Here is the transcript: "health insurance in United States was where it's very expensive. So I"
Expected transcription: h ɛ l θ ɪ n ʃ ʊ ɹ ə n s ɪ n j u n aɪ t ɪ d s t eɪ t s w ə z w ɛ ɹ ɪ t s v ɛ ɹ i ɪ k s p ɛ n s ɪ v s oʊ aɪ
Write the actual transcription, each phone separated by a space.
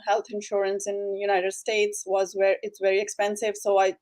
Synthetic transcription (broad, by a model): h ɛ l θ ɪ n ʃ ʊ ɹ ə n s ɪ n j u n aɪ t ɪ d s t eɪ t s w ə z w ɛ ɹ ɪ t s v ɛ ɹ i ɪ k s p ɛ n s ɪ v s oʊ aɪ